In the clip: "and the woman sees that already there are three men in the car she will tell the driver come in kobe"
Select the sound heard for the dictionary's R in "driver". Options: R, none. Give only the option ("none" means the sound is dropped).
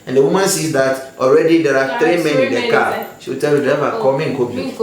none